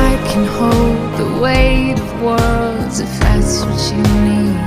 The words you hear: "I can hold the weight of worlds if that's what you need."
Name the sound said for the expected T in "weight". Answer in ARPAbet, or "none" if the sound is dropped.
none